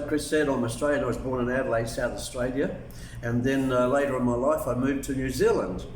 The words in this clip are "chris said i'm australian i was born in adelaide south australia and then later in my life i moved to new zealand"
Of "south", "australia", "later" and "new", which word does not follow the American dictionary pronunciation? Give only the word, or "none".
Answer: none